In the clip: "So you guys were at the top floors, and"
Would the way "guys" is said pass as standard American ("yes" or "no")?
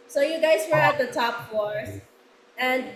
yes